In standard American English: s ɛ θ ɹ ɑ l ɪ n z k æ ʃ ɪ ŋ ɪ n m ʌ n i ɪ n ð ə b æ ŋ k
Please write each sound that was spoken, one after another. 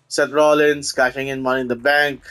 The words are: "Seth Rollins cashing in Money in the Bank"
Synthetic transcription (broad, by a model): s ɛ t ɹ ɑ l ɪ n s k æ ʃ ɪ ŋ ɪ n m ʌ n i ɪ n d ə b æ ŋ k